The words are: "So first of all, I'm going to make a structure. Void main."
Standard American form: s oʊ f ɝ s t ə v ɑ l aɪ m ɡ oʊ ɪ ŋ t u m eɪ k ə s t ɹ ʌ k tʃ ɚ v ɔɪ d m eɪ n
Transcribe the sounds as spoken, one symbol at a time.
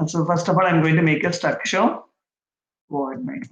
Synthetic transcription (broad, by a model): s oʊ f ɝ s t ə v ɑ l aɪ m ɡ oʊ ɪ ŋ t u m eɪ k ə s t ʌ k ʃ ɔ w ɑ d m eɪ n